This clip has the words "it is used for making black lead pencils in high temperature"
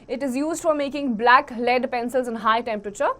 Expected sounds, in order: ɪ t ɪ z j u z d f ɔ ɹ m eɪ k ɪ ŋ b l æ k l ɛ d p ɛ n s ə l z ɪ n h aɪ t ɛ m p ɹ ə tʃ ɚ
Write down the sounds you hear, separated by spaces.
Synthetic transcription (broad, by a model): ɪ t ɪ z j u z d f ɔ ɹ m eɪ k ɪ ŋ b l æ k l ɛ d p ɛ n s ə l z ɪ n h aɪ t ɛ m p ɹ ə tʃ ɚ